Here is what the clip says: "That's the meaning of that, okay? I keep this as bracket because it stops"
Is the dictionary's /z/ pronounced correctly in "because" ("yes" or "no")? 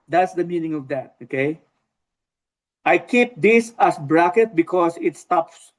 no